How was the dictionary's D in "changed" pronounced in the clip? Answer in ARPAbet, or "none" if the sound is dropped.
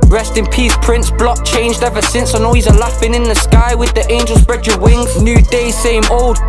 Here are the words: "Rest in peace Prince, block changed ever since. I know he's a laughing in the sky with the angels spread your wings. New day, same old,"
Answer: D